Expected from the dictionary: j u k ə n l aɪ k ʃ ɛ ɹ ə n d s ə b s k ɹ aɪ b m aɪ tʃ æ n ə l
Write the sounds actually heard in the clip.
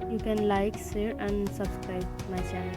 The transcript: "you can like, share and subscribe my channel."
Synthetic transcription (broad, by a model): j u k ə n l aɪ k s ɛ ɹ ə n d s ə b s k ɹ aɪ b m aɪ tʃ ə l